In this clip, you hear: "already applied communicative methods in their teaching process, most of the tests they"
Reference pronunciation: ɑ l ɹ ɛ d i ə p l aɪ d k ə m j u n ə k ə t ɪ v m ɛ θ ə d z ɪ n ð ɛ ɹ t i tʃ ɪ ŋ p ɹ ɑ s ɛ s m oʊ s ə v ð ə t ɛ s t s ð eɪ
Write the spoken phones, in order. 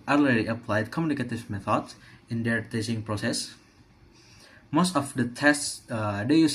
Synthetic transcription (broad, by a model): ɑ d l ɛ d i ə p l aɪ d k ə m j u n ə k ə t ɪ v m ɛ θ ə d s ɪ n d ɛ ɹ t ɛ s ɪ ŋ p ɹ ɑ s ɛ s m oʊ s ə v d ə t ɛ s t s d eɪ